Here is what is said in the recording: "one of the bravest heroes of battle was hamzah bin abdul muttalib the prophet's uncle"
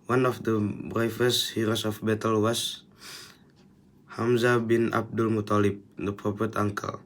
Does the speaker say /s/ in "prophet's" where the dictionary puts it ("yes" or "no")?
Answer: no